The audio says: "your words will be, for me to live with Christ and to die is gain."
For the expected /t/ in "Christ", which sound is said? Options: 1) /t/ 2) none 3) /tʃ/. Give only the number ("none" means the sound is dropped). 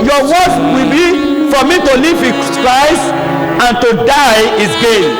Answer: 2